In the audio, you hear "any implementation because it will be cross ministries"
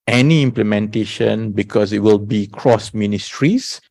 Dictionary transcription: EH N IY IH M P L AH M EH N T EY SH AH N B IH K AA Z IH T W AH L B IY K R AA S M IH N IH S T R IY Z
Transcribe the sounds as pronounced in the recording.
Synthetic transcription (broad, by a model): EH N IY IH M P L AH M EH N T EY SH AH N B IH K AA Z IH T W AH L B IY K R AA S M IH N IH S T R IY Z